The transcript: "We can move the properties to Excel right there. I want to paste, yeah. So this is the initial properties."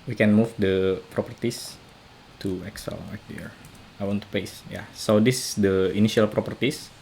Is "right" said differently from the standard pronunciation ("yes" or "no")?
yes